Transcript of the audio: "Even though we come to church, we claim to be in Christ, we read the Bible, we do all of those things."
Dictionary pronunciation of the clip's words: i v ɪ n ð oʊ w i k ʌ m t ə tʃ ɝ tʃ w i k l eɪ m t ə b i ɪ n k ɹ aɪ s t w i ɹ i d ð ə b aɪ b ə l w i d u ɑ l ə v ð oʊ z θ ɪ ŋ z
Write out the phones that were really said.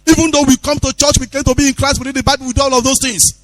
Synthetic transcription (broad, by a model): i v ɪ n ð oʊ w i k ʌ m t ə tʃ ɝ tʃ w i k eɪ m t ə b i ɪ n k ɹ aɪ s t w i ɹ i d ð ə b aɪ b ə l w i d u ɑ l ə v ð oʊ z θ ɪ ŋ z